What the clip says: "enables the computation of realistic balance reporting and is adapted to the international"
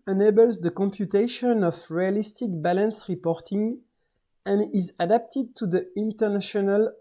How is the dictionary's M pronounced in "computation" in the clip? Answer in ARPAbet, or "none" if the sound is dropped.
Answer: M